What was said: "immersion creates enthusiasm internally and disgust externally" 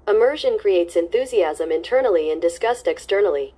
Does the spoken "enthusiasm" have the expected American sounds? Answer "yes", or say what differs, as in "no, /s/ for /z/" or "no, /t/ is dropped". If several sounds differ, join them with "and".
yes